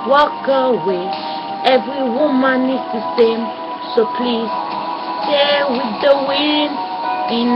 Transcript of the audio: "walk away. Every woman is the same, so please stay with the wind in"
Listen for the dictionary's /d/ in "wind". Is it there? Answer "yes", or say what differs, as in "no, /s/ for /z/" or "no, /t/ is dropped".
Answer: no, /d/ is dropped